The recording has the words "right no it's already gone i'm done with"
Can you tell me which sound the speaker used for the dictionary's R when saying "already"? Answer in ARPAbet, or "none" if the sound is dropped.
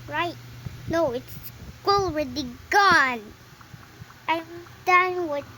W